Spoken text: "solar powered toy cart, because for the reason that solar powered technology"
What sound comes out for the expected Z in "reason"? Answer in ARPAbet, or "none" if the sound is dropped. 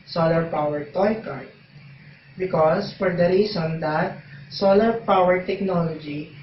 S